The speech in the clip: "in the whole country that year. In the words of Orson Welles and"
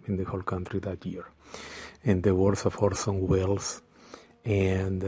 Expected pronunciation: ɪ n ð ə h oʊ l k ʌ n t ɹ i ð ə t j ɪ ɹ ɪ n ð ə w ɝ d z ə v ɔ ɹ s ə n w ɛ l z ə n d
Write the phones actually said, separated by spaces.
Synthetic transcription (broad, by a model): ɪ n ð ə h oʊ l k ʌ n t ɹ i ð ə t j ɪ ɹ ɪ n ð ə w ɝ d s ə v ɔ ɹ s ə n w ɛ l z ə n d